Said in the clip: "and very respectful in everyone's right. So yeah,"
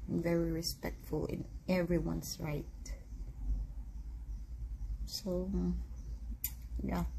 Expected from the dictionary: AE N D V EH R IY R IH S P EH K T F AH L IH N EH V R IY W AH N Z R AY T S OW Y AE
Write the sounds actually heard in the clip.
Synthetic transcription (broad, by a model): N V EH R IY R IH S P EH K T F AH L IH N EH V R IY W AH N S R AY T S OW Y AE